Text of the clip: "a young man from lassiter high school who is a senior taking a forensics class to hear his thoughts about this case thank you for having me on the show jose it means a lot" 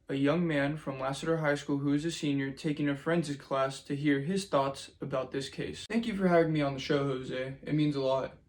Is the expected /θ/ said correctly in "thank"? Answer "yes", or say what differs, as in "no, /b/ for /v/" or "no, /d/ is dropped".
yes